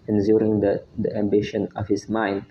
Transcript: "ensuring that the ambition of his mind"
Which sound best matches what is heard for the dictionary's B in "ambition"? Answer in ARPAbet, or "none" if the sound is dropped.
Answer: B